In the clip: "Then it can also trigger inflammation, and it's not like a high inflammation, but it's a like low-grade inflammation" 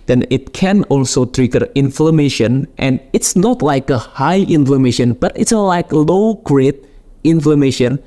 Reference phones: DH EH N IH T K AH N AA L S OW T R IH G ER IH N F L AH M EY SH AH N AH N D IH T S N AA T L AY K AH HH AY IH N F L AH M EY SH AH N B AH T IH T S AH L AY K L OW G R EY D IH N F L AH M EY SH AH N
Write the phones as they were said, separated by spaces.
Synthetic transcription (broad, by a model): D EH N IH T K AH N AA L S OW T R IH G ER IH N F L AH M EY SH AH N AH N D IH T S N AA T L AY K AH HH AY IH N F L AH M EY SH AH N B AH T IH T S AH L AY K L OW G R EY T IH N F L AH M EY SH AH N